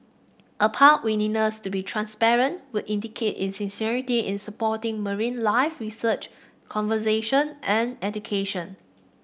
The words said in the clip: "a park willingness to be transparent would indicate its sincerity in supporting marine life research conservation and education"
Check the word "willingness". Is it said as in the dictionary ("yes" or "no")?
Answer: no